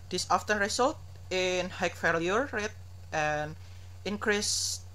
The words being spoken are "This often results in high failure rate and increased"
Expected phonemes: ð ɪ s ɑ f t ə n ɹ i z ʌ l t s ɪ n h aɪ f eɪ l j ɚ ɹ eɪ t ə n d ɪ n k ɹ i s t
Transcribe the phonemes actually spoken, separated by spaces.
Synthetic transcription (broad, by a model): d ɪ s ɑ f t ə n ɹ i s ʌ l t ɪ n h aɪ f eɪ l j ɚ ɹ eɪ t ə n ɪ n k ɹ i s